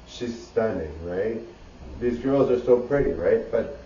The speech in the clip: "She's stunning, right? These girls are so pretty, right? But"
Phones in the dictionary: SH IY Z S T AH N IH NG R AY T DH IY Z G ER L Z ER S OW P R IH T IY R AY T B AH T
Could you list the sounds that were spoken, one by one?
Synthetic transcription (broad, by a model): SH IY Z S T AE N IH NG R AY T DH IY Z G ER L Z ER S OW P R IH T IY R AY T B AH T